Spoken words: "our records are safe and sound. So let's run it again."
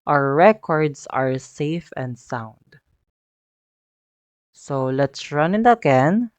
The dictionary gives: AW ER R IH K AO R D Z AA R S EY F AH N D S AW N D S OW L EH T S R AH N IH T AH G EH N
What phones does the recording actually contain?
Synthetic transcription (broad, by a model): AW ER R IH K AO R D S AA R S EY F AH N D S AW N D S OW L EH T S R AH N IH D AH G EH N